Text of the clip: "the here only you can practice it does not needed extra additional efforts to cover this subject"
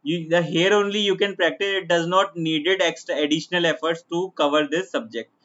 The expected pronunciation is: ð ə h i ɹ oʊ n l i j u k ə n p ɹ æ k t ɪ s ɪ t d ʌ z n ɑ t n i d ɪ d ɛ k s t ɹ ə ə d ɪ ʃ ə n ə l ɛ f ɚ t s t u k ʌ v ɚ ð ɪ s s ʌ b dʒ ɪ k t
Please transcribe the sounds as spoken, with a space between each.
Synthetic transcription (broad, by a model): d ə h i ɹ oʊ n l i j u k ə n p ɹ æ k t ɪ s ɪ t d ʌ z n ɑ t n i d ɪ d ɛ k s t ɹ ə ə d ɪ ʃ ə n ə l ɛ f ɚ t s t u k ʌ v ɚ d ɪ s s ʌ b dʒ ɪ k t